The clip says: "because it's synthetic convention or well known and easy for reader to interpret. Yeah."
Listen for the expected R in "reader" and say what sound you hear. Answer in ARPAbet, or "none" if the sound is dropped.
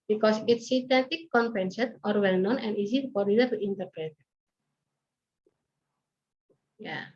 L